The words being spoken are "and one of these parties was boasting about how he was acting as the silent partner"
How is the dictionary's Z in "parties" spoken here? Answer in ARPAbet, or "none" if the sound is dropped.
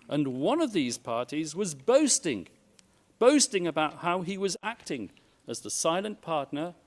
Z